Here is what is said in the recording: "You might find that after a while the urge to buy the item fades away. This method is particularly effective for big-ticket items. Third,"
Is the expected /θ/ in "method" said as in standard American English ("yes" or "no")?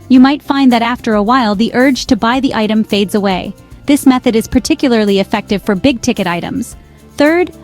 yes